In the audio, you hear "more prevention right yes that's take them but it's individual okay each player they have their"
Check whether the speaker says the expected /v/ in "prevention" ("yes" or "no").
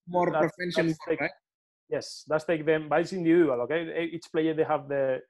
no